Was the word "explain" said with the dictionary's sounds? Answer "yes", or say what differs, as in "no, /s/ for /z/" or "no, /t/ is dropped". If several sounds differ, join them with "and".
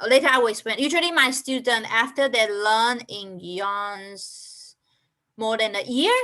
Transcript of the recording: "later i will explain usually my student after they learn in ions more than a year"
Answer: no, /l/ is dropped